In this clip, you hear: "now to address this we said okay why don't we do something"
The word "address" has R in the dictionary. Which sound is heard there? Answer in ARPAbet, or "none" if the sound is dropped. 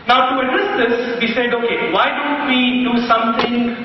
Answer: none